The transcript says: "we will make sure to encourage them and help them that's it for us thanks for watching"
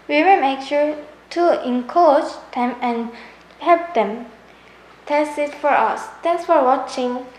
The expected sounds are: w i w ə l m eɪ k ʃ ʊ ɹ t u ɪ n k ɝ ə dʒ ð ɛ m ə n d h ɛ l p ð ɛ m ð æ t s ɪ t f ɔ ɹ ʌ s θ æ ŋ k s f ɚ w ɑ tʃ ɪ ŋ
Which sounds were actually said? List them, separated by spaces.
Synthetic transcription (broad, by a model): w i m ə m eɪ k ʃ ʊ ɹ t u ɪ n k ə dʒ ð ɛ m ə n h ɛ l p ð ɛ m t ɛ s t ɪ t f ɔ ɹ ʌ s t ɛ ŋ s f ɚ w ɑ tʃ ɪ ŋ